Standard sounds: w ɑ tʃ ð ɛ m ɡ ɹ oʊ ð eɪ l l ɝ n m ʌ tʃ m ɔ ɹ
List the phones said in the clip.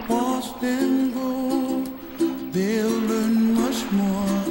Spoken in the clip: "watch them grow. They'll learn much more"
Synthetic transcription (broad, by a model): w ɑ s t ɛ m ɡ oʊ ð eɪ l l ɝ n m ʌ tʃ m ɔ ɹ